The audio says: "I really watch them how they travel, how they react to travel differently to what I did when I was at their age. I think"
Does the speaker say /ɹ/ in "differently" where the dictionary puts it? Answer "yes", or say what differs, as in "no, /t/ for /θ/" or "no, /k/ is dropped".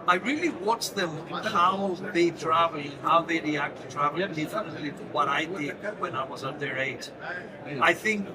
no, /ɹ/ is dropped